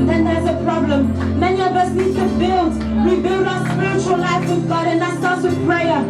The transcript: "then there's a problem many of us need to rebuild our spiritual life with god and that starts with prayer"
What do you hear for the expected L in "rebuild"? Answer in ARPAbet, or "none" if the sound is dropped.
L